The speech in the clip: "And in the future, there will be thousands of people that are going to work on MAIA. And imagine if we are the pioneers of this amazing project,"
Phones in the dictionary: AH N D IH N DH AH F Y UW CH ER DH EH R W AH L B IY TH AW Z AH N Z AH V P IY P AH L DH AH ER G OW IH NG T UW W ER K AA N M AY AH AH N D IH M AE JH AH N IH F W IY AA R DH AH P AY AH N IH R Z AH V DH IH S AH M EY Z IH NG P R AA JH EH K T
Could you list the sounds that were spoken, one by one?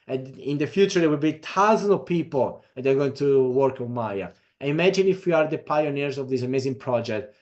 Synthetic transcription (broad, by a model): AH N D IH N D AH F Y UW CH ER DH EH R W AH L B IY T AW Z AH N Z AH V P IY P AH L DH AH ER G OW IH NG T UW W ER K AA N M AY AH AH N IH M AE JH AH N IH F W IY AA R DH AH P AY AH N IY R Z AH V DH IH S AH M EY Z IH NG P R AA JH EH K T